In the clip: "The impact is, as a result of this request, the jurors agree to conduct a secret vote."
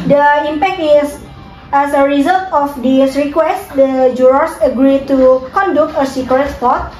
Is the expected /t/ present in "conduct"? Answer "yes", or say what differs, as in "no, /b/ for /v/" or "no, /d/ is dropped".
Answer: no, /t/ is dropped